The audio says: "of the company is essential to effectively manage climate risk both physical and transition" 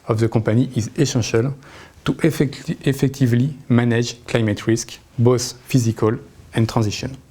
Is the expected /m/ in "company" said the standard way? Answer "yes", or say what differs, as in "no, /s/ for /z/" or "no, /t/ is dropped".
no, /m/ is dropped